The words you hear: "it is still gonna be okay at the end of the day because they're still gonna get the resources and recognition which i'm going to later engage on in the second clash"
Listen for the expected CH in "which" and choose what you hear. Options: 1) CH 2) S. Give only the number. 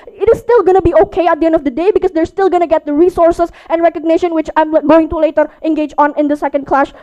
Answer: 1